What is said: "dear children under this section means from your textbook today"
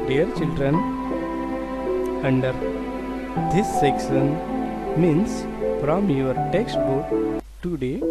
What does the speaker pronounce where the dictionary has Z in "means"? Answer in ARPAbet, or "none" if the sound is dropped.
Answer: S